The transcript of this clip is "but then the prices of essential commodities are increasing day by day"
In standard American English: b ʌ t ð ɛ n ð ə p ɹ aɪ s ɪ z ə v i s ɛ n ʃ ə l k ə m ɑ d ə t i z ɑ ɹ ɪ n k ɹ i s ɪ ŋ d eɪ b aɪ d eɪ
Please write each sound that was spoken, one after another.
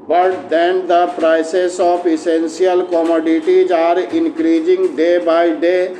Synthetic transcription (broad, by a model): b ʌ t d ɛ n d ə p ɹ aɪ s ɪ s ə p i s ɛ n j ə l k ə m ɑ d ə t i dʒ ɑ ɹ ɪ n k ɹ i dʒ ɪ ŋ d eɪ b aɪ d eɪ